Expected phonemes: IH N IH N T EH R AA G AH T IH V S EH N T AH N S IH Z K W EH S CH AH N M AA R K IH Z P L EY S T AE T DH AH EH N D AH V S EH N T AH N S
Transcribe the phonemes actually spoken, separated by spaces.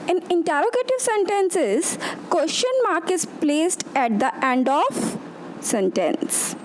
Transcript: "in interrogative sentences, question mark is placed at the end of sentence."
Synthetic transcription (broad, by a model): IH N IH N T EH R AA G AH T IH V S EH N T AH N S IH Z K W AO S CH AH N M AA R K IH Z P L EY S T AE T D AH EH N D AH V S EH N T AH N S